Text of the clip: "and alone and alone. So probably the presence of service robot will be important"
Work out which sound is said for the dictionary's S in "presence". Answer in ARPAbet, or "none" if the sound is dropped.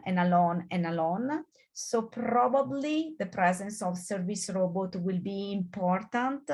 S